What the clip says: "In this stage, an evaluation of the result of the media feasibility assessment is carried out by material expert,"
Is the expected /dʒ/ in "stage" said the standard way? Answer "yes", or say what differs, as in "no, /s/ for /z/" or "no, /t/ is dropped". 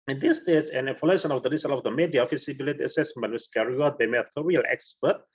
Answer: no, /z/ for /dʒ/